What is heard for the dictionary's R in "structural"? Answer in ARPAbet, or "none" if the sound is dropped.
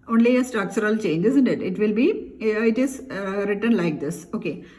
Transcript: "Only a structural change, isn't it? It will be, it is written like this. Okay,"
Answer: none